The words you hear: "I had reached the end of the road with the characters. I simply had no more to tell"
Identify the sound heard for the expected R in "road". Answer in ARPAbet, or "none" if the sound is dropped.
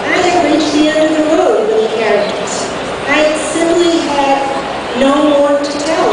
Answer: W